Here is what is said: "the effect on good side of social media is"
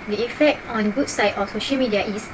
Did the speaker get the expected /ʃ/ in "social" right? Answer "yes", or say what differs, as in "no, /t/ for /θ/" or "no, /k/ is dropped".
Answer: yes